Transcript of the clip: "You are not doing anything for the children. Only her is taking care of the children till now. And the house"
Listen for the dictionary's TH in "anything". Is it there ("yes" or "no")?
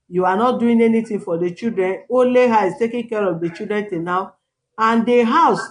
no